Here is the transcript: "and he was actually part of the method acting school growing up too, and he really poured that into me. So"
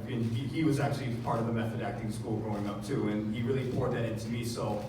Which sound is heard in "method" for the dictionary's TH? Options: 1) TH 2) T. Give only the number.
1